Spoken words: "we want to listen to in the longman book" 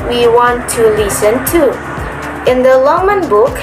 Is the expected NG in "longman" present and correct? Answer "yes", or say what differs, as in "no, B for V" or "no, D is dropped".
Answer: no, NG is dropped